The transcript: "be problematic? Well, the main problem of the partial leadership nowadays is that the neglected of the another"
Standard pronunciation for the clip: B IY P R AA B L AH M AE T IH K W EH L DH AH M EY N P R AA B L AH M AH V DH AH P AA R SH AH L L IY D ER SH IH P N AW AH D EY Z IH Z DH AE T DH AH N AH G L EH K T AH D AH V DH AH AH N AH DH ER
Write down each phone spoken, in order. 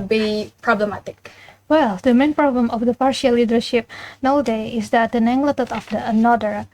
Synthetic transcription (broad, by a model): B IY P R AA B L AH M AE T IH K W EH L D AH M EY N P R AA B L AH M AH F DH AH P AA R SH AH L L IY D ER SH IH P N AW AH D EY IH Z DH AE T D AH N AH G L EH T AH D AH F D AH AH N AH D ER